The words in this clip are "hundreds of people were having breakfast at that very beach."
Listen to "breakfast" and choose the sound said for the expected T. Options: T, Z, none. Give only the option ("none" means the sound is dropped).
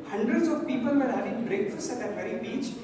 none